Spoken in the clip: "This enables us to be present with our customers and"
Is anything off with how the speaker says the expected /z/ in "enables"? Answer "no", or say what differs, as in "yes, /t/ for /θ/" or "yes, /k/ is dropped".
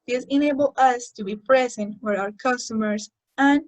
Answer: yes, /z/ is dropped